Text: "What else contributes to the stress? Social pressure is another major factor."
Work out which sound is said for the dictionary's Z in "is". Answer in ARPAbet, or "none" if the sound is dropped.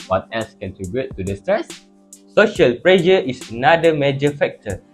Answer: S